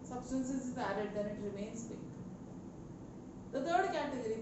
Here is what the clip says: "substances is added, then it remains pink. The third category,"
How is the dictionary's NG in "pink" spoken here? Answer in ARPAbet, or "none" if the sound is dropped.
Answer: none